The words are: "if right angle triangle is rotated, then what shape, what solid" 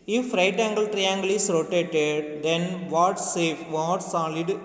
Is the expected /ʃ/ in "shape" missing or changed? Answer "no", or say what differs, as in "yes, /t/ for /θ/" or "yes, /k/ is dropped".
yes, /s/ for /ʃ/